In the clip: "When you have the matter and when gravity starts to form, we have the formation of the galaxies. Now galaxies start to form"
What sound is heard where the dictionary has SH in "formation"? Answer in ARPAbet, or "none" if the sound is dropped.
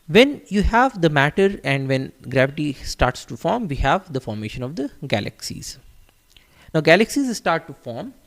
SH